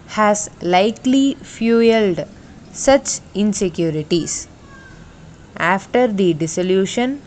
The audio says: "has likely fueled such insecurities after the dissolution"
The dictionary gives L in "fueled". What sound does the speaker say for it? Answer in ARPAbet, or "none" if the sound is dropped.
L